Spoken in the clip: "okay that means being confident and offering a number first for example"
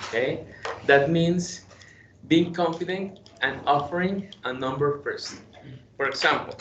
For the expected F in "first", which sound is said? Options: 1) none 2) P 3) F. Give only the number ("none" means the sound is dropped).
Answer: 2